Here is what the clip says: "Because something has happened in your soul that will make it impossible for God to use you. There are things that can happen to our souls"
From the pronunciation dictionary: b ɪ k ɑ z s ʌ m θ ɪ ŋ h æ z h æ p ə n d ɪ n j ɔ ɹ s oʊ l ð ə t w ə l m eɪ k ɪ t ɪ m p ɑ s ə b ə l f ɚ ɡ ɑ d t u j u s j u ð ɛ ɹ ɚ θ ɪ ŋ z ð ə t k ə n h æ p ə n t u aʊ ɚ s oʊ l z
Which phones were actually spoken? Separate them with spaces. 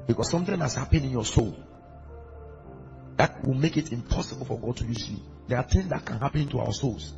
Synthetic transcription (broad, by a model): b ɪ k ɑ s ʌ m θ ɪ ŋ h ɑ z h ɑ p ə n ɪ n j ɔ s oʊ l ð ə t w ə l m eɪ k ɪ t ɪ m p ɑ s ə b ə l f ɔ ɡ ɑ d t u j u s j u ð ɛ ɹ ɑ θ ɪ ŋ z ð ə t k ə n h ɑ p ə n t u aʊ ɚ s oʊ l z